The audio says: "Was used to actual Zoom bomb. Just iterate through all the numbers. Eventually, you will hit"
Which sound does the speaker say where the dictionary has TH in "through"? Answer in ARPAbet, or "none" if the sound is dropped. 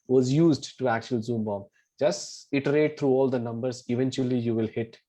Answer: T